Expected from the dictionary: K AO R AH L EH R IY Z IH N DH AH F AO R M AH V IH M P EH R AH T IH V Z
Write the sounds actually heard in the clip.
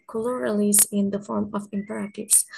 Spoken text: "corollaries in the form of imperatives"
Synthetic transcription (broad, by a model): K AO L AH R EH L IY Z IH N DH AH F AO R M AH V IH M P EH R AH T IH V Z